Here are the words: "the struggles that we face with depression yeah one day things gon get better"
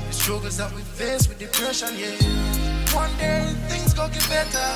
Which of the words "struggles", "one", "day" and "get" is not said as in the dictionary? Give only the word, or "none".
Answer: struggles